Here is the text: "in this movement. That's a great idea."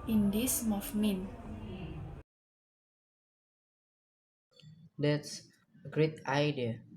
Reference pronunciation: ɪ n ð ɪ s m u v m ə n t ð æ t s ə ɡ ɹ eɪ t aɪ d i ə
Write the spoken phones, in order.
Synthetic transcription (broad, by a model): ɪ n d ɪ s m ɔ f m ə n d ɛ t s ə ɡ ɹ eɪ t aɪ d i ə